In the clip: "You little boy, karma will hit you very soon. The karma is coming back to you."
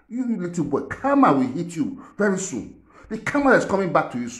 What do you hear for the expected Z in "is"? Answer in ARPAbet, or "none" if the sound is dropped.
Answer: S